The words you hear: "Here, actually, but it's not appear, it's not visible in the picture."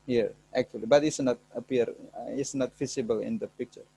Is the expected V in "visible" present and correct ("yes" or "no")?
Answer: no